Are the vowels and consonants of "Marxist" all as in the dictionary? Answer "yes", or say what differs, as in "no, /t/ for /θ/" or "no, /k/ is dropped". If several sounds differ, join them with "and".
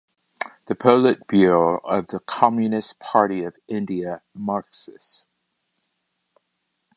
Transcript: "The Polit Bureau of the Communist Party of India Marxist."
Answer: no, /t/ is dropped